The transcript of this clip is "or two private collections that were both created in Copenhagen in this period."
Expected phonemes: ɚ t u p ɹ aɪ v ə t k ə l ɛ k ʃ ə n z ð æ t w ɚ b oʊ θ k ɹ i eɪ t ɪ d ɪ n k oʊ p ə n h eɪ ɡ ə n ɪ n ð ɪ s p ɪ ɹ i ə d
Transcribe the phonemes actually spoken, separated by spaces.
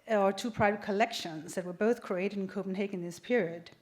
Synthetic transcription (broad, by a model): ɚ t u p ɹ aɪ v ə t k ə l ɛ k ʃ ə n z ð æ t w ɚ b oʊ θ k ɹ i eɪ t ɪ d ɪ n k oʊ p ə n h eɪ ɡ ɪ n ð ɪ s p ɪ ɹ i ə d